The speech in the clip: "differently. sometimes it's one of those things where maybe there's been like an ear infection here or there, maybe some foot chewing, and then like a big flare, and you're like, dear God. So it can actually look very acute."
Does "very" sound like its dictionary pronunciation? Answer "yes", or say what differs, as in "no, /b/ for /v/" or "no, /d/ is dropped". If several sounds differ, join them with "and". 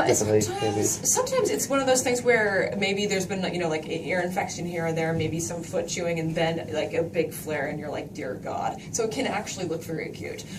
no, /f/ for /v/